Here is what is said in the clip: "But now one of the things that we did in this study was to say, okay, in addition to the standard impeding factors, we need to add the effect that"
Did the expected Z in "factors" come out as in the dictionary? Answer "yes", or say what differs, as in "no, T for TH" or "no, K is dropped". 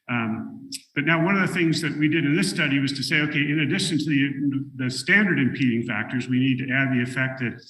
yes